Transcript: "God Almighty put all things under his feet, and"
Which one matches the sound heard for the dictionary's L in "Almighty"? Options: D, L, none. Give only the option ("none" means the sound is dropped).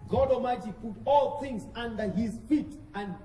none